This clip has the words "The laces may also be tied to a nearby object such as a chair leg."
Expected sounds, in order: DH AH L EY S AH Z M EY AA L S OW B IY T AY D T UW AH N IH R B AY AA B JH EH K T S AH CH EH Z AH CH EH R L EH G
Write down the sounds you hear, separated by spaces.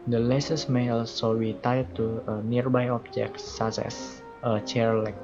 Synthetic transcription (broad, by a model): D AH L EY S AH S M EY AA L S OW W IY T AY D T UW AH N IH R B AY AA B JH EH K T S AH S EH S AH CH EH R L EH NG